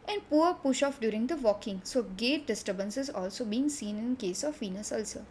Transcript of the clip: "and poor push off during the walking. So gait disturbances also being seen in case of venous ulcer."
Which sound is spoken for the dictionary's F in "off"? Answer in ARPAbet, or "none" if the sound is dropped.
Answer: F